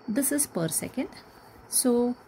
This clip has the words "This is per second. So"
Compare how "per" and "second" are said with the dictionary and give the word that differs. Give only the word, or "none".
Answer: none